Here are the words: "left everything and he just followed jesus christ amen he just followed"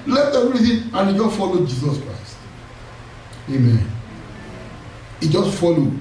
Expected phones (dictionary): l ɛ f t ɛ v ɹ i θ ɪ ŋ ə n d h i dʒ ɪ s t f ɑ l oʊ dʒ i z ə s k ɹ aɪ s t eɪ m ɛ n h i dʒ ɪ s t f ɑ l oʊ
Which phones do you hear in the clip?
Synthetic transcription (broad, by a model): l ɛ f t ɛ ɹ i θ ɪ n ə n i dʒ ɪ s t f ɑ l oʊ dʒ i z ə s k ɹ aɪ s t eɪ m ɛ n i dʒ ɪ s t f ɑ l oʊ